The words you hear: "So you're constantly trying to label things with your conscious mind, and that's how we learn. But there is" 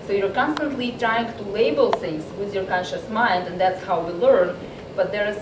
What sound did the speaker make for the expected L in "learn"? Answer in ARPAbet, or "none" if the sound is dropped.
L